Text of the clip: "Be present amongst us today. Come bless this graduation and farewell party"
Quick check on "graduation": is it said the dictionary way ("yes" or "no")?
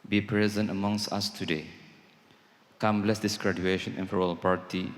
yes